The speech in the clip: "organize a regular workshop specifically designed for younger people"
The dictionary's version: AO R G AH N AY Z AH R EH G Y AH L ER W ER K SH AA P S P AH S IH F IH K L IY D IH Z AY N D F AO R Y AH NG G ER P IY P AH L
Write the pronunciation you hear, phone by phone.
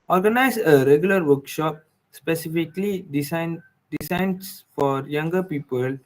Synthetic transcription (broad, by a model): AO R G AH N AY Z AH R EH G Y AH L ER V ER K SH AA P S P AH S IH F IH K L IY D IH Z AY N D F AO R Y AH NG G ER P IY P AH L